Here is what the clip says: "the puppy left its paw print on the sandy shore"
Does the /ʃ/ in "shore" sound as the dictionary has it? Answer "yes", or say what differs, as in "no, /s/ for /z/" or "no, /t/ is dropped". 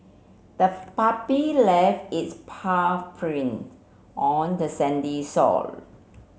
no, /s/ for /ʃ/